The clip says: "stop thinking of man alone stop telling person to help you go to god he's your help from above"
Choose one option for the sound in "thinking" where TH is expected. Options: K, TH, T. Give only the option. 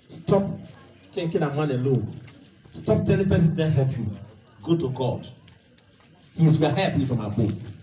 T